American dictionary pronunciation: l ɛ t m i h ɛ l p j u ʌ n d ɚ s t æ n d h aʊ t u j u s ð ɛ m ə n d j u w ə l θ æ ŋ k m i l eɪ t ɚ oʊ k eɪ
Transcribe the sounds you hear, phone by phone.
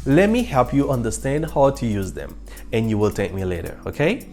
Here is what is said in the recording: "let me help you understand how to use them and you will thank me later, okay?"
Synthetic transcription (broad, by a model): l ɛ t m i h ɛ l p j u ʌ n d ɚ s t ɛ n d h aʊ t u j u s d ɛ m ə n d j u w ə l t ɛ k m i l eɪ t ɚ oʊ k eɪ